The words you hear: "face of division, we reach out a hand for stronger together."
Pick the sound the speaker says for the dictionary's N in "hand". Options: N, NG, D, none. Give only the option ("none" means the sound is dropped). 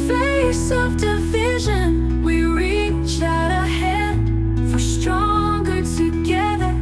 none